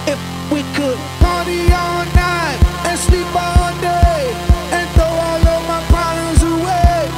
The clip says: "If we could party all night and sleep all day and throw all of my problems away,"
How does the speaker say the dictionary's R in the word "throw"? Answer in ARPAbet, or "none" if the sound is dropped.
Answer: none